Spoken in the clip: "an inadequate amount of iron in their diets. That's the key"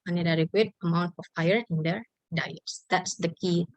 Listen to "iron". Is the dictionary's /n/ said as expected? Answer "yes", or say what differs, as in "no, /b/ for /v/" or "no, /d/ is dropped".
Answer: no, /n/ is dropped